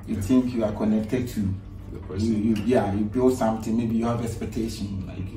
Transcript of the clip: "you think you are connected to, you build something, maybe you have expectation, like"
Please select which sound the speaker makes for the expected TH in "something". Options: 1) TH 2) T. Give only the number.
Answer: 2